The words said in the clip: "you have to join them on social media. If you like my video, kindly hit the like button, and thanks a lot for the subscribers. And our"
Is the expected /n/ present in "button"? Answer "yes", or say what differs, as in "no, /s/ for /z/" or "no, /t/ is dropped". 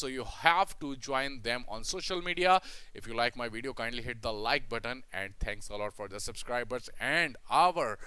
yes